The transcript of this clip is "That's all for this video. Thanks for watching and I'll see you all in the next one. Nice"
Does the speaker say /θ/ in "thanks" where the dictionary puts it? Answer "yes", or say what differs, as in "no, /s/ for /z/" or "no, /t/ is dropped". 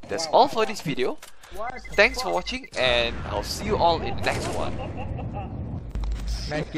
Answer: no, /t/ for /θ/